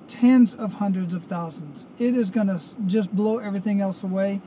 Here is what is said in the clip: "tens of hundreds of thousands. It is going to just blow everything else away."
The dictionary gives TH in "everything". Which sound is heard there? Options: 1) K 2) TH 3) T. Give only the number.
2